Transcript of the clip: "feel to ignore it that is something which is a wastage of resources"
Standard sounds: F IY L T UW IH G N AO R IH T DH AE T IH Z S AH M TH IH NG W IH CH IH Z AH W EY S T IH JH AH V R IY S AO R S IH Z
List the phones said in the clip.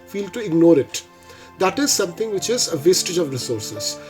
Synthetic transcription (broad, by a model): F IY L T UW IH G N AO R IH T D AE T IH Z S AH M T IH NG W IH CH IH Z AH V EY S T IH JH AH V R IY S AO R S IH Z